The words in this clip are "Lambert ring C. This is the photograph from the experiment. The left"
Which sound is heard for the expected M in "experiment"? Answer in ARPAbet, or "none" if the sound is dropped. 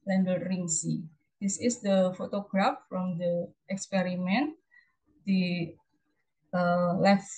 M